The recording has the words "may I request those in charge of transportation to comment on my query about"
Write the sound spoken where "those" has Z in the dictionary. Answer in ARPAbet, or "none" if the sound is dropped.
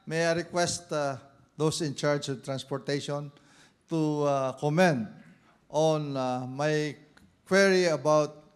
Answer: S